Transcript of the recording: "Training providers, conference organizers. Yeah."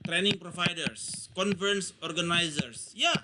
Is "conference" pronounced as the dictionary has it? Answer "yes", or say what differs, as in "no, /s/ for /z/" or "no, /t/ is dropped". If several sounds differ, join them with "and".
no, /ɹ/ is dropped